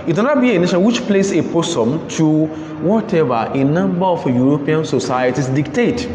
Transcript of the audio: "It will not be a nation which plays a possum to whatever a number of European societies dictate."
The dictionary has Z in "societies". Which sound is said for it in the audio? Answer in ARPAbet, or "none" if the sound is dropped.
S